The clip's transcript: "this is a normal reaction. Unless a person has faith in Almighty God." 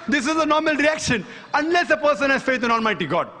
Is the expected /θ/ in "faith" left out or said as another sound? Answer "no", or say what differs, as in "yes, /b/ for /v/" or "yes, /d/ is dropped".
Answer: yes, /t/ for /θ/